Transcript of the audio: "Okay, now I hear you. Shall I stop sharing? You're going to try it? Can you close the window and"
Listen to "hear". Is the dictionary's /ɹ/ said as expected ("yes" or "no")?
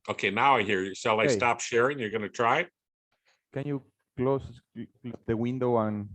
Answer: yes